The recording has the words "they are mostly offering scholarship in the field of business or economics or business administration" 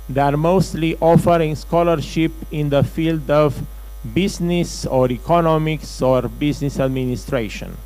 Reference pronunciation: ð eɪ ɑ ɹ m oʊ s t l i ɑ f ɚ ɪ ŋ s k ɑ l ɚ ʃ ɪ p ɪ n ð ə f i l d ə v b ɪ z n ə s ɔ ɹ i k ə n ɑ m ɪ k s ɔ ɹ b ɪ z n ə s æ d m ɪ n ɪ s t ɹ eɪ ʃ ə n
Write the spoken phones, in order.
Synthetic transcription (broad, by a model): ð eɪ ɑ ɹ m oʊ s t l i ɑ f ɚ ɪ ŋ s k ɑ l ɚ ʃ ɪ p ɪ n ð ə f i l d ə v b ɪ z n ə s ɔ ɹ i k ə n ɑ m ɪ k s ɔ ɹ b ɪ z n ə s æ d m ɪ n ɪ s t ɹ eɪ ʃ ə n